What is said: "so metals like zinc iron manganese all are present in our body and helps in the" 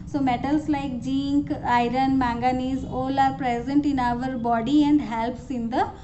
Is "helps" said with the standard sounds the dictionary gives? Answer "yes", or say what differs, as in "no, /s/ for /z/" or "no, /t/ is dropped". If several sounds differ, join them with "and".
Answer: yes